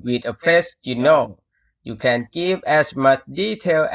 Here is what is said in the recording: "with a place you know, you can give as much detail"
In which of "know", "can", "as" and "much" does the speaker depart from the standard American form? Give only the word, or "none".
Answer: as